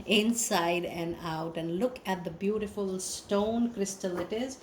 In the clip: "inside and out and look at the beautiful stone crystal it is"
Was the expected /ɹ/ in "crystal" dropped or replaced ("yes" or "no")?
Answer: no